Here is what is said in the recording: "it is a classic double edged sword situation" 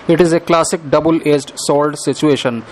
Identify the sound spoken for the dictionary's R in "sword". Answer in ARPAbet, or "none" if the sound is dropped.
L